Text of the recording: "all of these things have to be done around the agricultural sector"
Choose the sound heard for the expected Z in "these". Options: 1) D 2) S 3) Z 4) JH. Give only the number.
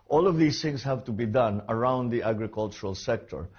2